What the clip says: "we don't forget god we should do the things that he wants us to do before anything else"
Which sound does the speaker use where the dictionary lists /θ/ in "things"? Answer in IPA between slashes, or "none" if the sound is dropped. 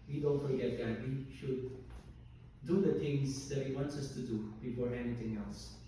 /t/